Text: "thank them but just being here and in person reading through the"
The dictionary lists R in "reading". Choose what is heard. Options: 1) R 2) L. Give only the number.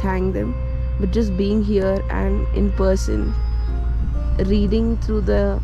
1